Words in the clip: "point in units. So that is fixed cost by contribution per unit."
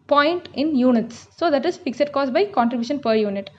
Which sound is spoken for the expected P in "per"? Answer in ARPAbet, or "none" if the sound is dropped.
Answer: P